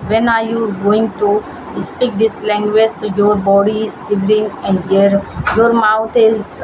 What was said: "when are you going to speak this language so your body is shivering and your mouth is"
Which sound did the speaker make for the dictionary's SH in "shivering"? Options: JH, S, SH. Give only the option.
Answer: S